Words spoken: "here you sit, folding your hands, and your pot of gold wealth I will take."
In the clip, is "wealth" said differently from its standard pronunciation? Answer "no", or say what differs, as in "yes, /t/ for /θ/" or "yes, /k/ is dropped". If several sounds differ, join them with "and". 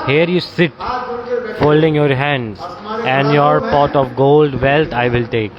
yes, /t/ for /θ/